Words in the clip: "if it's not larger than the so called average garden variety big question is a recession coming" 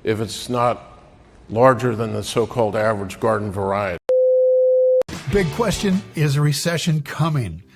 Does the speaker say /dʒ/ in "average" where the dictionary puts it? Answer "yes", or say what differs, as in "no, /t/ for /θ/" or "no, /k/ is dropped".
yes